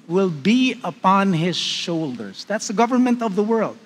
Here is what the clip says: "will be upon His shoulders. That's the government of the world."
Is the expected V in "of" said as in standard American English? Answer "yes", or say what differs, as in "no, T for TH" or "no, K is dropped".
yes